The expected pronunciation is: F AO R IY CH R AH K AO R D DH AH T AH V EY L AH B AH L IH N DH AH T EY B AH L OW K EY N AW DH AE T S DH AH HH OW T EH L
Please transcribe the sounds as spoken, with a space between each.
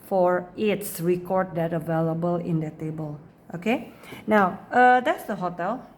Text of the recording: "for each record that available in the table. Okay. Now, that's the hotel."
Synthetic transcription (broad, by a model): F AO R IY S R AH K AO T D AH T AH V EY L AH B AH L IH N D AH T EY B AH L OW K EY N AW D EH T S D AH HH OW T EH L